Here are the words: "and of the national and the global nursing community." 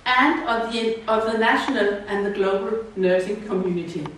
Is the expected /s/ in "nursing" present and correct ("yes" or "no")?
no